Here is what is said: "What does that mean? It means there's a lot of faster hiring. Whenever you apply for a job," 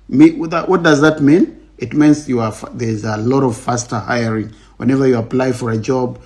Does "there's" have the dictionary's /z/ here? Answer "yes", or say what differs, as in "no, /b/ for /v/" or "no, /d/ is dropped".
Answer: yes